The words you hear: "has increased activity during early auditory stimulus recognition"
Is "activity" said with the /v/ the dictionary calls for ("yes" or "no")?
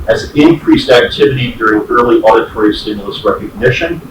yes